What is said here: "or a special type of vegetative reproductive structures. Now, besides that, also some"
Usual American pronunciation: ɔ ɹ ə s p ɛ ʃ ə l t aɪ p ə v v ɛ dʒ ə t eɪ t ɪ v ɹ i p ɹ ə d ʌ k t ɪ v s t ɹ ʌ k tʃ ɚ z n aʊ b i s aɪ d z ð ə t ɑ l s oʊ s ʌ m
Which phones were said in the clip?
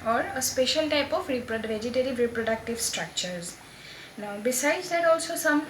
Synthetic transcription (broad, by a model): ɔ ɹ ə s p ɛ ʃ ə l t aɪ p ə p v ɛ dʒ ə t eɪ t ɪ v ɹ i p ɹ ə d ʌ k t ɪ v s t ɹ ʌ k tʃ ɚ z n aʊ b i s aɪ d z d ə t ɑ l s oʊ s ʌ m